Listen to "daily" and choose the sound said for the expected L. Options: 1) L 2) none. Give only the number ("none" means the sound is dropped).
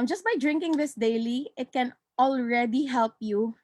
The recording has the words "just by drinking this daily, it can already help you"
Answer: 1